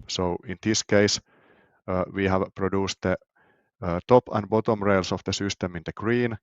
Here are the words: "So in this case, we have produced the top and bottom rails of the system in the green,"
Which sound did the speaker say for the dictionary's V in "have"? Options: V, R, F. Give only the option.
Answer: V